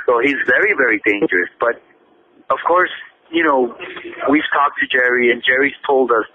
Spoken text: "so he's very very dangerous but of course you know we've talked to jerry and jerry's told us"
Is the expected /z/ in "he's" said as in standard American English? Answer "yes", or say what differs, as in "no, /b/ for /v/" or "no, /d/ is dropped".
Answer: yes